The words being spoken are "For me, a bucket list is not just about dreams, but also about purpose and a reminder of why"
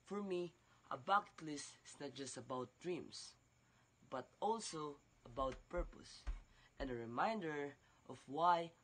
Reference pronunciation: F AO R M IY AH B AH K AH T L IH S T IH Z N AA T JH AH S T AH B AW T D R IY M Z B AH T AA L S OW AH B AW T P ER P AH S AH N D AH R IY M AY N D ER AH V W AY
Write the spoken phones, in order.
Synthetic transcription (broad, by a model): F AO R M IY AH B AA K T L IH S T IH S N AA T JH AH S T AH B AW T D R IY M S B AH T AA L S OW AH B AW T P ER P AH S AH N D AH R IY M AY N D ER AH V W AY